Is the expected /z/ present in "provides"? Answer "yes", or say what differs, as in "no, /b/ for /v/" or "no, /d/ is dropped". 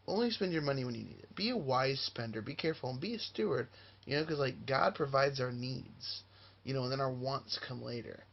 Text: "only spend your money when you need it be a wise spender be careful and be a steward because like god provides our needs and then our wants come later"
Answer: yes